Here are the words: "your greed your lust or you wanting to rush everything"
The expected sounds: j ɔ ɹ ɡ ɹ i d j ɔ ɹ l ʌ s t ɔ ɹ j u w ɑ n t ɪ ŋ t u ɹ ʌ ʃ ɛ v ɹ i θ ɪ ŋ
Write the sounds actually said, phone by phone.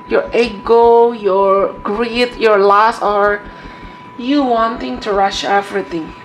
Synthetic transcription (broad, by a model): j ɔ ɹ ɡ ɹ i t j ɔ ɹ l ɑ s ɔ ɹ j u w ɑ n t ɪ ŋ t u ɹ ʌ ʃ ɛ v ɹ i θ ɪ ŋ